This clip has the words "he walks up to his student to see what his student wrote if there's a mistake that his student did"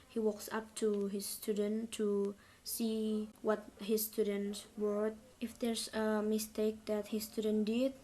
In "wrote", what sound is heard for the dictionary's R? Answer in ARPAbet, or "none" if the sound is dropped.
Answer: W